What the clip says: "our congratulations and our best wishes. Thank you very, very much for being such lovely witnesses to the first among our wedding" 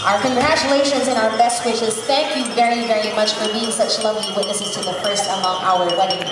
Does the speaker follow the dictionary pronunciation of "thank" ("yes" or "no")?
yes